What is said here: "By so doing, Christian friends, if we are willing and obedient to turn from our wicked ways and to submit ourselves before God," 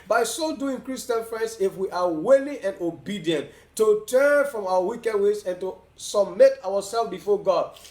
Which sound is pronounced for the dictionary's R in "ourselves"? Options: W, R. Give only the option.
W